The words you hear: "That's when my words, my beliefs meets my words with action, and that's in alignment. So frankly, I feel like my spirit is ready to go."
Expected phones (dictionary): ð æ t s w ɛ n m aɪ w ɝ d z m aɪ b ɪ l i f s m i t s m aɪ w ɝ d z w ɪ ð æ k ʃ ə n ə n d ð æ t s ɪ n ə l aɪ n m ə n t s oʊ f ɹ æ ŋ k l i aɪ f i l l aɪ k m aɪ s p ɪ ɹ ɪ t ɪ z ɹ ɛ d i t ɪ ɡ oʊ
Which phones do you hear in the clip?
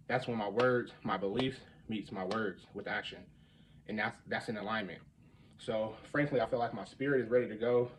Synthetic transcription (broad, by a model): ð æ t s w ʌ n m aɪ w ɝ d z m aɪ b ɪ l i f m i t s m aɪ w ɝ d z w ɪ ð æ k ʃ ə n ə n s ð æ t s ɪ n ə l aɪ n m ə n t s oʊ f ɹ æ ŋ k l i aɪ f i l l aɪ k m aɪ s p ɪ ɹ ɪ t ɪ z ɹ ɛ d i t ɪ ɡ oʊ